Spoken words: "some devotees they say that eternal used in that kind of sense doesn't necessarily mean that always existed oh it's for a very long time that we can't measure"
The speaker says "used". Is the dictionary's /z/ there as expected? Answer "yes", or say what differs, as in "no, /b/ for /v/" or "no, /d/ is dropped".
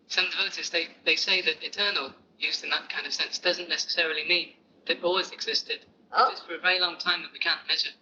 yes